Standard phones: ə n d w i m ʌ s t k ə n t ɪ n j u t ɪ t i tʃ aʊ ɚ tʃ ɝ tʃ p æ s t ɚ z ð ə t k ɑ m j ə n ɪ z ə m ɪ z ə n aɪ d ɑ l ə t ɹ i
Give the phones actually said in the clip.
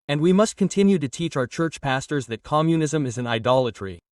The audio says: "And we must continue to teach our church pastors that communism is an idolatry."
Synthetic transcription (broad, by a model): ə n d w i m ʌ s t k ə n t ɪ n j u t ɪ t i tʃ aʊ ɚ tʃ ɝ tʃ p æ s t ɚ z ð ə t k ɑ m j ə n ɪ z ə m ɪ z ə n aɪ d ɑ l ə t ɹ i